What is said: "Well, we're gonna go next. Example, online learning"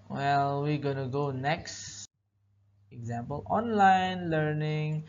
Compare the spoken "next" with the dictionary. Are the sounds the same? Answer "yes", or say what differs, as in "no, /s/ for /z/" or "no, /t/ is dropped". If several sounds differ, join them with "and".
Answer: yes